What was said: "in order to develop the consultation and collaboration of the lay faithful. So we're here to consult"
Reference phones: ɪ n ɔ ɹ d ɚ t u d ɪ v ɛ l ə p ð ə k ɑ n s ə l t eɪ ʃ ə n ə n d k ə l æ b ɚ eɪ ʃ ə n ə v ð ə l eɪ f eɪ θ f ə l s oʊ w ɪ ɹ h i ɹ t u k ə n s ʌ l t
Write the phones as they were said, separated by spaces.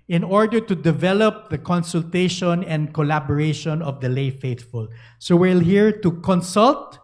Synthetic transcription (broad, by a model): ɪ n ɔ ɹ d ɚ t u d ɪ v ɛ l ə p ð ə k ɑ n s ə l t eɪ ʃ ə n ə n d k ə l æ b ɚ eɪ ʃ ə n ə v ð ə l eɪ f eɪ θ f ə l s oʊ w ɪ l h i ɹ t u k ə n s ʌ l t